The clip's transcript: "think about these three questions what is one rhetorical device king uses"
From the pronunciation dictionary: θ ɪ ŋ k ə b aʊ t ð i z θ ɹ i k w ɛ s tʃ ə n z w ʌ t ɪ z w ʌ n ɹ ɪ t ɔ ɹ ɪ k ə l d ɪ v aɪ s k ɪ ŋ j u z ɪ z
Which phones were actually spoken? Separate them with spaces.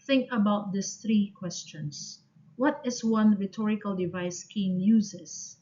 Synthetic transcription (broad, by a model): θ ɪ ŋ k ə b aʊ t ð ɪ s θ ɹ i k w ɛ s tʃ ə n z w ʌ t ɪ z w ʌ n ɹ ɪ t ɔ ɹ ɪ k ə l d ɪ v aɪ s k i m j u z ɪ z